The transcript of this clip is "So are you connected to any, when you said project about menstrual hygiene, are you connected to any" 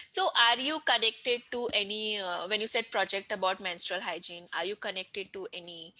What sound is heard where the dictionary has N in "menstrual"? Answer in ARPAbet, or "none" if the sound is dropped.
N